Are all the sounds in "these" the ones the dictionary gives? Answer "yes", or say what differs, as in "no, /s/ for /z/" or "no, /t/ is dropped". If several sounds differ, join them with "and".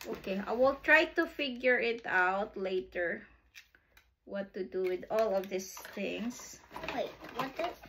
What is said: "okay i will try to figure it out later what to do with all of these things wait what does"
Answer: no, /s/ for /z/